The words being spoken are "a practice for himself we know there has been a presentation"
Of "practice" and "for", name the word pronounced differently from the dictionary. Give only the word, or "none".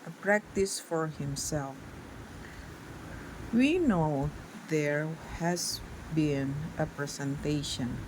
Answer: none